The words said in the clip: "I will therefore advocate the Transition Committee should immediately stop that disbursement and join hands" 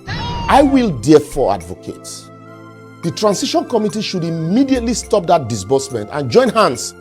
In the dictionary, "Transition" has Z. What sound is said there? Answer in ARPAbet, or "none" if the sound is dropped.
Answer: S